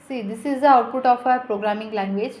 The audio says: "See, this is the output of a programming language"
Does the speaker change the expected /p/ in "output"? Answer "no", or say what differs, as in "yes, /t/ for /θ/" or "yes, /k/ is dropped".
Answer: no